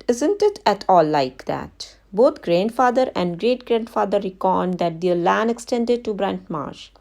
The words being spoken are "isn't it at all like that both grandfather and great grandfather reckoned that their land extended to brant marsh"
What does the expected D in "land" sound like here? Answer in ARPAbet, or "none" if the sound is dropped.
none